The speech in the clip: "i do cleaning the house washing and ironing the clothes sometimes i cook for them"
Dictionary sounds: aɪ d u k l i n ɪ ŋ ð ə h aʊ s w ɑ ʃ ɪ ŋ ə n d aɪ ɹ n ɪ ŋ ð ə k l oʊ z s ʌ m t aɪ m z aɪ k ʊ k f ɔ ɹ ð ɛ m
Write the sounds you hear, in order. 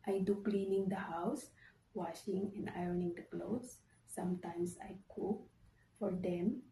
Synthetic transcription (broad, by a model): aɪ d u k l i n ɪ ŋ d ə h aʊ s w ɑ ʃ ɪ ŋ ə n d aɪ ɹ n ɪ ŋ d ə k l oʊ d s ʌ m t aɪ m s aɪ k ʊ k f ɔ ɹ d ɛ m